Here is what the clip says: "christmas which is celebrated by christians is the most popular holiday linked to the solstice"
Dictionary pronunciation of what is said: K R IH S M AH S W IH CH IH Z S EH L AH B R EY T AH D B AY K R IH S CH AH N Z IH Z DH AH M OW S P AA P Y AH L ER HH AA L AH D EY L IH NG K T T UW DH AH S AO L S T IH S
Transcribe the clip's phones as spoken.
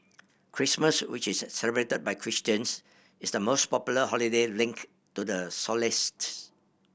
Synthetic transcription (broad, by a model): K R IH S M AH S W IH CH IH S EH L AH B R EY T AH D B AY K R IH S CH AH N S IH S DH AH M OW S P AA P Y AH L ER HH AA L AH D EY L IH NG K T T UW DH AH S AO L S T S